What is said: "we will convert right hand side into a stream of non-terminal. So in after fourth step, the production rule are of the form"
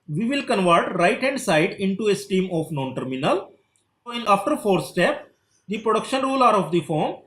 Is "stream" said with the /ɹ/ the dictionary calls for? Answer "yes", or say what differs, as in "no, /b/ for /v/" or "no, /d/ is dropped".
no, /ɹ/ is dropped